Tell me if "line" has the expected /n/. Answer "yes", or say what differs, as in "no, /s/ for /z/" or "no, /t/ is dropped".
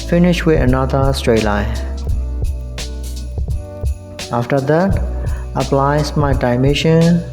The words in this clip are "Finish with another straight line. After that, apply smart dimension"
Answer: no, /n/ is dropped